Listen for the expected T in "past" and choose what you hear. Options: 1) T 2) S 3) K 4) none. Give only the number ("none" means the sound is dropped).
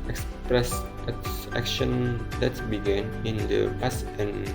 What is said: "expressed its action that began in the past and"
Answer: 4